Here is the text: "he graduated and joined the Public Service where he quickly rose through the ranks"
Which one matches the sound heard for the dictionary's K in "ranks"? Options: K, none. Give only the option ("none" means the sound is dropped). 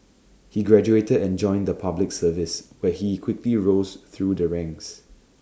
none